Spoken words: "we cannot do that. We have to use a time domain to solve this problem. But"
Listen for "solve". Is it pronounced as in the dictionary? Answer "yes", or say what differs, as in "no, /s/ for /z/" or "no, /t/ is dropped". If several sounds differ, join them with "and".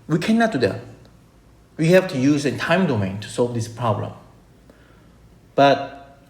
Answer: yes